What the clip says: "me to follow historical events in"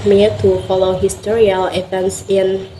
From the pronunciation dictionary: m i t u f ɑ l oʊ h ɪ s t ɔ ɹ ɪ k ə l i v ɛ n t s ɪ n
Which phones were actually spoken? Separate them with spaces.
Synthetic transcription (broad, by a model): m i t u f ɑ l oʊ h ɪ s t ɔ ɹ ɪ ə l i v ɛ n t s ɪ n